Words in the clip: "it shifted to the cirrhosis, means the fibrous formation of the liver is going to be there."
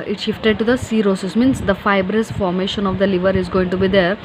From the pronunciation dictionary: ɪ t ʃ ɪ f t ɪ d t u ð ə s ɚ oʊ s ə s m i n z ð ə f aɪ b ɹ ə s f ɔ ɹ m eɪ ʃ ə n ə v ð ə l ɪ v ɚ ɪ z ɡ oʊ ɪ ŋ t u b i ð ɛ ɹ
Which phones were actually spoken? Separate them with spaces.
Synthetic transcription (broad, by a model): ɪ t ʃ ɪ f t ɪ d t u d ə s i oʊ s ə s m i n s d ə f aɪ b ɹ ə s f ɔ ɹ m eɪ ʃ ə n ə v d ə l ɪ v ɚ ɪ z ɡ oʊ ɪ ŋ t u b i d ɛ ɹ